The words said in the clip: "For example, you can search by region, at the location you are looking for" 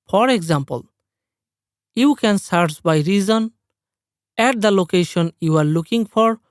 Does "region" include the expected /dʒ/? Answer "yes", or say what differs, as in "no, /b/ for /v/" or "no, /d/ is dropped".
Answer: no, /z/ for /dʒ/